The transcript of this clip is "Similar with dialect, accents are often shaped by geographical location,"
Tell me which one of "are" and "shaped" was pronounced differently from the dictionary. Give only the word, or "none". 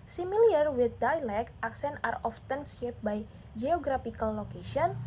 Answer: shaped